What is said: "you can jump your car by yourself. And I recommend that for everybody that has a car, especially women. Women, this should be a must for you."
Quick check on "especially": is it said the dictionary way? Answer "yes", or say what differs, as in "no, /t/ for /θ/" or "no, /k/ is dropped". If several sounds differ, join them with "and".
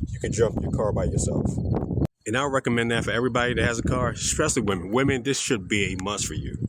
no, /s/ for /ʃ/